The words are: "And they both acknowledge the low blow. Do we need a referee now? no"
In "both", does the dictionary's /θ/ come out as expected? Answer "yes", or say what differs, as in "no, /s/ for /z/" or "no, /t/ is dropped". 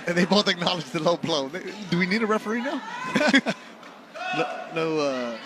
no, /t/ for /θ/